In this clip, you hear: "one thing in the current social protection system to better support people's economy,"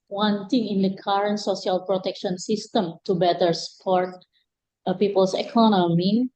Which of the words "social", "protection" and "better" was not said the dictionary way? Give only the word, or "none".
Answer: social